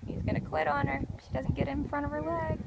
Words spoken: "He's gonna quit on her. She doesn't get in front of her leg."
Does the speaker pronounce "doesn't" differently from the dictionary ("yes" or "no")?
no